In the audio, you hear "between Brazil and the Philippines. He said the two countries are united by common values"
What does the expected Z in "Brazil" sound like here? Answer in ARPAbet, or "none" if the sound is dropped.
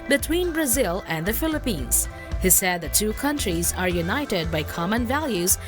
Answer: Z